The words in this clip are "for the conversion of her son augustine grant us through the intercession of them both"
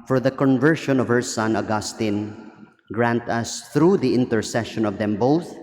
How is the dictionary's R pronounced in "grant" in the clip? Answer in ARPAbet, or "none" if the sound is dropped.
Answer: R